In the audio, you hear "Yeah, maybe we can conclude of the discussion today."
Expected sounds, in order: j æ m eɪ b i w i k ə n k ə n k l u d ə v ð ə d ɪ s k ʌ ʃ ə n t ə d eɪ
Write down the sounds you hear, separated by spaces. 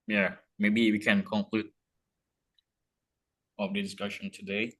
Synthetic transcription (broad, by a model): j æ m eɪ b i w i k ə n k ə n k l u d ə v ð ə d ɪ s k ʌ ʃ ə n t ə d eɪ